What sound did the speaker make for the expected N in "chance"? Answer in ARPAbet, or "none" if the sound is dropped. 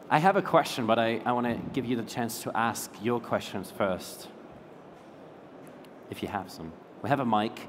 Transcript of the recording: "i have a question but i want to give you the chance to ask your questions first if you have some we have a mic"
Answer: N